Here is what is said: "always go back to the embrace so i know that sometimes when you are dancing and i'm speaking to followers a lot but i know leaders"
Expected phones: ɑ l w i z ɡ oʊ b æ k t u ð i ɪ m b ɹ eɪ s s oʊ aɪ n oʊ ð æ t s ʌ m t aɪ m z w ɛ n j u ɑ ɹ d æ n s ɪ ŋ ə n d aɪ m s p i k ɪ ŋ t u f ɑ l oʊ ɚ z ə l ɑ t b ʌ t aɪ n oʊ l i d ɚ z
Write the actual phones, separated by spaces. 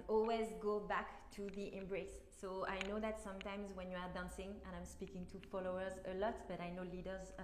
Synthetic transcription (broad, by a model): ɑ l w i z ɡ oʊ b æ k t u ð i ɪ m b ɹ eɪ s s oʊ aɪ n oʊ ð æ t s ʌ m t aɪ m z w ɛ n j u ɑ ɹ d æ n s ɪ ŋ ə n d aɪ m s p i k ɪ ŋ t u f ɑ l oʊ ɚ z ə l ɑ t b ʌ t aɪ n oʊ l i d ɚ z